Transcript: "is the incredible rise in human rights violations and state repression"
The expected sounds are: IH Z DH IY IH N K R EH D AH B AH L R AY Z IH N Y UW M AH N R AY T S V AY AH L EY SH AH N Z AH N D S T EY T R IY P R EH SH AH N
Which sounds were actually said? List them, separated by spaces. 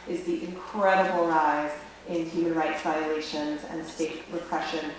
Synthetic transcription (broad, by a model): IH Z DH IY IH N K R EH D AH B L R AY Z IH N Y UW M AH N R AY T S V AY AH L EY SH AH N Z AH N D S T EY T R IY P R EH SH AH N